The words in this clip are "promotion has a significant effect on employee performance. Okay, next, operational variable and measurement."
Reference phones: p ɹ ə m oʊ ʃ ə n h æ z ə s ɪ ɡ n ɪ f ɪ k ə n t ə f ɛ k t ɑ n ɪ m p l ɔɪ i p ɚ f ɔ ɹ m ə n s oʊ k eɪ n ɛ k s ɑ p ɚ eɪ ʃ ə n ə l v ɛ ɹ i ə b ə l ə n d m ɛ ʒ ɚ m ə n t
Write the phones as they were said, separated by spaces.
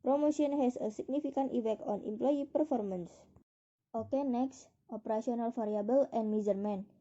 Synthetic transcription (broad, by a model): p ɹ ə m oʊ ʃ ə n h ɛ s ə s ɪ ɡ n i f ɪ k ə n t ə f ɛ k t ɑ n ɪ m p l ɔɪ i p ɚ f ɔ ɹ m ə n s oʊ k eɪ n ɛ k s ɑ p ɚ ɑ s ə n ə l f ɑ ɹ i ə b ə l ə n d m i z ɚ m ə n